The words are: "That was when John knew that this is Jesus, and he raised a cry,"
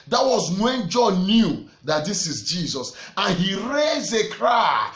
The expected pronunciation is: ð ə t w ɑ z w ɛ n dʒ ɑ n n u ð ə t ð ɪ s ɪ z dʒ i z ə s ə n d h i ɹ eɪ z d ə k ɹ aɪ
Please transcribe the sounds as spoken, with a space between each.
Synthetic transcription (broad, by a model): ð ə t w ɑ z w ɛ n dʒ ɑ n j u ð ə t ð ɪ s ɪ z dʒ i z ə s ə n h i ɹ eɪ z ə k ɹ aɪ